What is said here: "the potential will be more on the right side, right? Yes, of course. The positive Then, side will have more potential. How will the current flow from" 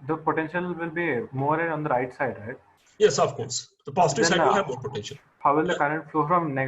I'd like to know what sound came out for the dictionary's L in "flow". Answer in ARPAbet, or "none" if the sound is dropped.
L